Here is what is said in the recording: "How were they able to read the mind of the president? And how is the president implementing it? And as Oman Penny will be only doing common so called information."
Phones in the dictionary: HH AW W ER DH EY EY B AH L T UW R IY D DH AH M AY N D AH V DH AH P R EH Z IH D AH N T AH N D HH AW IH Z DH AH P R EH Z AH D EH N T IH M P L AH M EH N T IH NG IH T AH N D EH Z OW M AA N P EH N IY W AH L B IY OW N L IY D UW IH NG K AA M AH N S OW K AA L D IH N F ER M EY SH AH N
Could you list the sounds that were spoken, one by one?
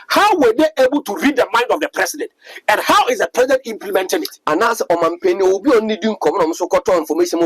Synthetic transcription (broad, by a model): HH AW W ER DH EY EY B AH L T UW R IY D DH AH M AY N D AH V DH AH P R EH S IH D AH N T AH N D HH AW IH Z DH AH P R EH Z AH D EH N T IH M P L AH M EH N T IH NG IH T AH N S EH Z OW M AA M P EH N IY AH B IY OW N N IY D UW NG K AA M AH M S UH K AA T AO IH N F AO M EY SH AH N